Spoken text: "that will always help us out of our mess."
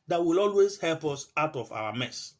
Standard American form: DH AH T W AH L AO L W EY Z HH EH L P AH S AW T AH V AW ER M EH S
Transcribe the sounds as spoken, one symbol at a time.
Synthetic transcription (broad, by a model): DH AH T W AH L AO L W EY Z HH EH L P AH S AW T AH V AW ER M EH S